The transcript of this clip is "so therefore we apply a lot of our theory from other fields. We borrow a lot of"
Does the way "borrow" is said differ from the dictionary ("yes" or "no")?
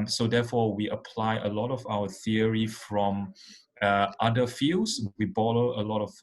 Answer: yes